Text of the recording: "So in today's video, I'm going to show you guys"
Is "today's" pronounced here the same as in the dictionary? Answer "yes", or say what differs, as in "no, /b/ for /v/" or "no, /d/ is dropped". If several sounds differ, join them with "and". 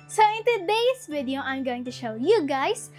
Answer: no, /s/ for /z/